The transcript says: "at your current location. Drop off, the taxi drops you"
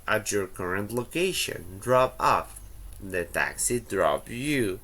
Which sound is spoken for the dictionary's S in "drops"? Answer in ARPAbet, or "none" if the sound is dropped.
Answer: none